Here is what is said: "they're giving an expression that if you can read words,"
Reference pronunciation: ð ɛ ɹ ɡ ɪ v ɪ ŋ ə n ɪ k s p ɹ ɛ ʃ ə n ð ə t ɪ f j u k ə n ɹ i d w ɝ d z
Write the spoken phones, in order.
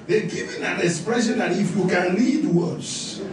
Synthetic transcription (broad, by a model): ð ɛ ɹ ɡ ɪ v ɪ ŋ ə n ɪ k s p ɹ ɛ ʃ ə n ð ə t ɪ f j u k ə n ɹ i d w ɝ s